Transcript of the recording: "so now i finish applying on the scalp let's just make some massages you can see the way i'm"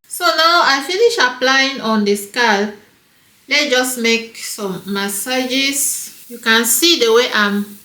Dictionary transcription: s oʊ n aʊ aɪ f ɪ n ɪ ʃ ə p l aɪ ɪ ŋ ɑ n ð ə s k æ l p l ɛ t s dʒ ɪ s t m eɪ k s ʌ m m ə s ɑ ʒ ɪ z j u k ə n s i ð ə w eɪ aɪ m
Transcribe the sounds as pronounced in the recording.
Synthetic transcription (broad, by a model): s oʊ n aʊ aɪ f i n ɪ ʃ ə p l aɪ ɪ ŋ ɑ n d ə s k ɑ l l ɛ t dʒ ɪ s m eɪ k s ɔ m m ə s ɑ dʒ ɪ s j u k ə n s i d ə w eɪ aɪ m